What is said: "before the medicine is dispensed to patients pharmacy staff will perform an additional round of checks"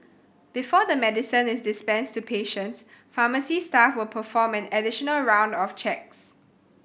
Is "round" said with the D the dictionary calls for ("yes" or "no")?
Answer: yes